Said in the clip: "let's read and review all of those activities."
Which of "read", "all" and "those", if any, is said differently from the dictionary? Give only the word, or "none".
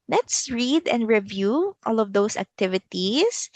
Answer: those